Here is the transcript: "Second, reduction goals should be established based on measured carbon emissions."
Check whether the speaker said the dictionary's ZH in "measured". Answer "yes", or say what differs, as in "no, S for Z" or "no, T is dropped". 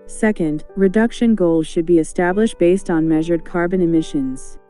yes